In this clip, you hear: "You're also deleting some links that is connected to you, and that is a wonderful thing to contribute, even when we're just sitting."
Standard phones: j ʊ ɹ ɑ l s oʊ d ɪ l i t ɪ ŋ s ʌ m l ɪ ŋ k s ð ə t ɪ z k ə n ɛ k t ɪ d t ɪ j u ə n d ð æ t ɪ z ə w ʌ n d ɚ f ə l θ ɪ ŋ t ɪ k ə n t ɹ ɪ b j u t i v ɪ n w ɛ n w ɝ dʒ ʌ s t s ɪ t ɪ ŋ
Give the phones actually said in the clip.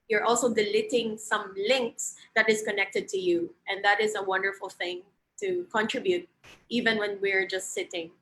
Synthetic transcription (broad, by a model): j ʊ ɹ ɑ l s oʊ d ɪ l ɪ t ɪ ŋ s ʌ m l ɪ ŋ k s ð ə t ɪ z k ə n ɛ k t ɪ d t ɪ j u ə n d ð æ t ɪ z ə w ʌ n d ɚ f ə l θ ɪ ŋ t ɪ k ə n t ɹ ɪ b j u t i v ɪ n w ɛ n w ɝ dʒ ʌ s t s ɪ t ɪ ŋ